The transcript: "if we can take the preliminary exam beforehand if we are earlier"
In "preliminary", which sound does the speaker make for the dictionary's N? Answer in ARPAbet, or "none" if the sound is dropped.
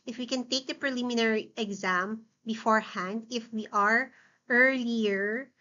N